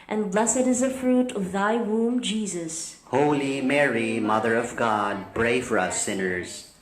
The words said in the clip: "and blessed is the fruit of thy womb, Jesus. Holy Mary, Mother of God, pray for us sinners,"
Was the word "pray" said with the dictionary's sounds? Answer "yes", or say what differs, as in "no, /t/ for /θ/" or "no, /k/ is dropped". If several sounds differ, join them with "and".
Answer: no, /b/ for /p/